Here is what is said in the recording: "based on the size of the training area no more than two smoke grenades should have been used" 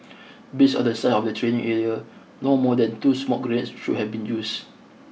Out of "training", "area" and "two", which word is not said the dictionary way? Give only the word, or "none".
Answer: none